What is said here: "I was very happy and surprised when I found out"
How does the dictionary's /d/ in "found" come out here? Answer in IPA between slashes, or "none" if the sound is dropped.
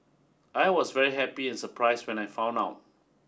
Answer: none